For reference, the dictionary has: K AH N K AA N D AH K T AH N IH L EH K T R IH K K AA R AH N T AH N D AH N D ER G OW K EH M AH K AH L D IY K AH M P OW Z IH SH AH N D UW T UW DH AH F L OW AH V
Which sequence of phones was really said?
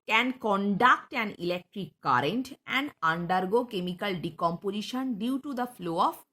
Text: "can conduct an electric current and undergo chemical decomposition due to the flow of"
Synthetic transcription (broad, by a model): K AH N K AA N D AH K T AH N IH L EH K T R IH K K AA R AH N T AH N D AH N D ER G OW K EH M AH K AH L D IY K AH M P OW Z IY SH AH N D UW T UW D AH F L OW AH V